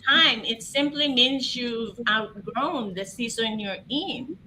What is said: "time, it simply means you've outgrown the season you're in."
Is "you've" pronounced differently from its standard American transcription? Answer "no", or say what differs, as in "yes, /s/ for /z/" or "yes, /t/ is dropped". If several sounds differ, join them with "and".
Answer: yes, /v/ is dropped